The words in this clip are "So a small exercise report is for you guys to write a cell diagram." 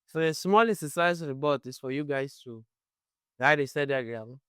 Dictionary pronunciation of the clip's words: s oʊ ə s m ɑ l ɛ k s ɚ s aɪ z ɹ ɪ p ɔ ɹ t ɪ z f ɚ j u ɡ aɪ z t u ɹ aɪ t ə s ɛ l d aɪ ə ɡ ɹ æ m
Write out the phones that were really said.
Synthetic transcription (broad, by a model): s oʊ ə s m ɑ l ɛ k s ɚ s aɪ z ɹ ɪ b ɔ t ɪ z f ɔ j u ɡ aɪ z t u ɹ aɪ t ə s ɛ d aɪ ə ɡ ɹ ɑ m